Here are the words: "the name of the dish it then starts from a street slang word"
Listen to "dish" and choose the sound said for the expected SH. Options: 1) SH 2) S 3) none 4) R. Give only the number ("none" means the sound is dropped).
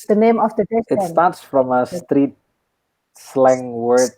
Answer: 2